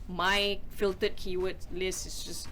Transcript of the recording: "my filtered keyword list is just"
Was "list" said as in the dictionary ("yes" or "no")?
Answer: no